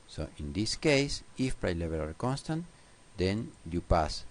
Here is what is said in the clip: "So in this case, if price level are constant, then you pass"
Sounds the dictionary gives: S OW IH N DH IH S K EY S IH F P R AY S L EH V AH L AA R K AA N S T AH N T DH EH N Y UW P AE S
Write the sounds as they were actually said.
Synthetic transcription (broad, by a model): S OW IH N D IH S K EY S IH F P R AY L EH B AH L AA R K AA N S T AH N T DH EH N Y UW P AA S